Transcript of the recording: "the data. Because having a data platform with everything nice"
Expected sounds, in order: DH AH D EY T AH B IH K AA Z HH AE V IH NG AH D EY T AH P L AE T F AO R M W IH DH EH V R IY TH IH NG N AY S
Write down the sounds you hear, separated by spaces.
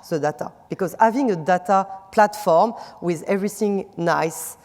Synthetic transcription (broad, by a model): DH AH D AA T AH B IH K AA Z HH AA V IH NG AH D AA T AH P L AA T F AO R M W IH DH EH V R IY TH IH NG N AY S